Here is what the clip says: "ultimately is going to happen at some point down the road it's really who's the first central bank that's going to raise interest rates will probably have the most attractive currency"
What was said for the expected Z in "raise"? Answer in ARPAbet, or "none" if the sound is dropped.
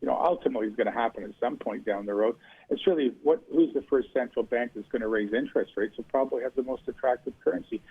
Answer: Z